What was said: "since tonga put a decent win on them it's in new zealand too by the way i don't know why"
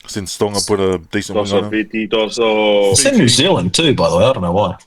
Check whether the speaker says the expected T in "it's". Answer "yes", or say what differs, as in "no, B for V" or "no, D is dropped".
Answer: no, S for T